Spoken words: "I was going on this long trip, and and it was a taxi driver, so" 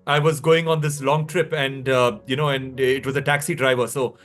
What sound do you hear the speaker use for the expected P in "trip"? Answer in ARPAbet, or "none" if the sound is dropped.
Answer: P